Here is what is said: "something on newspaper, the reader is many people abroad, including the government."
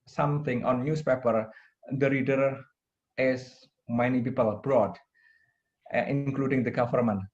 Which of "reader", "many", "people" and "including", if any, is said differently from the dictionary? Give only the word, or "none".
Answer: none